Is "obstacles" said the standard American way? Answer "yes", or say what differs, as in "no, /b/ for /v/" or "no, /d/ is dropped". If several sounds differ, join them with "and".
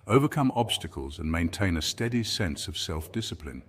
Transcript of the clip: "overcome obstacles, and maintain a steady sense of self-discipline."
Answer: yes